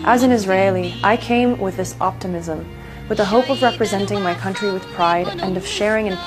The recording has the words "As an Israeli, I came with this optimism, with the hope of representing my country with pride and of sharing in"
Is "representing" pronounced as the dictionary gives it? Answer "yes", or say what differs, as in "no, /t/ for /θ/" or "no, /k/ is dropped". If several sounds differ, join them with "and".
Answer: yes